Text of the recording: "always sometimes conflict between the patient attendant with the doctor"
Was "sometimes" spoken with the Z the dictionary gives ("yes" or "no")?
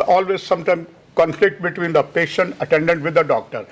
no